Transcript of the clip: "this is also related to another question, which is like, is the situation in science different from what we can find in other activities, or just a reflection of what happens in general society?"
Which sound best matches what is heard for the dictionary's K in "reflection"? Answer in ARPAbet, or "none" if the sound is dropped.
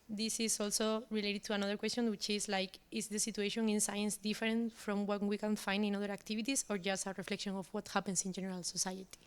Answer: K